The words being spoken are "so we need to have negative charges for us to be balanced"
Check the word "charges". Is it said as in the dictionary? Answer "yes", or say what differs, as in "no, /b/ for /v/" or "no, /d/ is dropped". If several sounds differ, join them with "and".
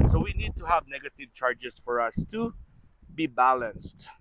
no, /s/ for /z/